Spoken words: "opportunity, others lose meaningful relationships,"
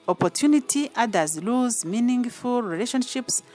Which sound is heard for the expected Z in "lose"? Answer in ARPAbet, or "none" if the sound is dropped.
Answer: Z